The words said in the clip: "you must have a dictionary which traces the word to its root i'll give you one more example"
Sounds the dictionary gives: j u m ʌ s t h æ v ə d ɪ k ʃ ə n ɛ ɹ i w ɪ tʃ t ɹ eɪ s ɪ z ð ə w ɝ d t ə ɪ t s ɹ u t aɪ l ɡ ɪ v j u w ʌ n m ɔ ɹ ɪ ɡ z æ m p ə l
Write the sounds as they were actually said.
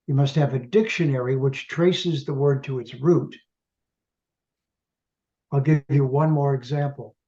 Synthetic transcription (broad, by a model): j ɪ m ʌ s t h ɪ v ə d ɪ k ʃ ə n ɛ ɹ i w ɪ tʃ t ɹ eɪ s ɪ z ð ə w ɝ d t ə ɪ t s ɹ u t aɪ l ɡ ɪ v j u w ʌ n m ɔ ɹ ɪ ɡ z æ m p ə l